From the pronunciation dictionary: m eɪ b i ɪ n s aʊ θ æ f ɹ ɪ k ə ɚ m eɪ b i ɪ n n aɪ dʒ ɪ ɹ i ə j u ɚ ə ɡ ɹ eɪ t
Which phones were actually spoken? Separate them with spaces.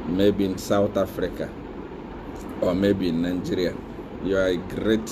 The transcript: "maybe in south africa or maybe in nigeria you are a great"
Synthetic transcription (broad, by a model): m eɪ b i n s aʊ t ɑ f ɹ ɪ k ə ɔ m eɪ b i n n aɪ dʒ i ɹ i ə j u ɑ ə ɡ ɹ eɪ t